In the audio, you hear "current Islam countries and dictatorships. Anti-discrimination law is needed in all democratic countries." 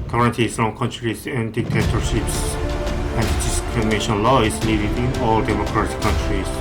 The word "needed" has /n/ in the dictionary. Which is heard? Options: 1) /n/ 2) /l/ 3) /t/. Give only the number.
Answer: 2